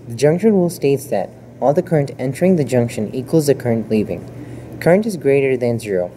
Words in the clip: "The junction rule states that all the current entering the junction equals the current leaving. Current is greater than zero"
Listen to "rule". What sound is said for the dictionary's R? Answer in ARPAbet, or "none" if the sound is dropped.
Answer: W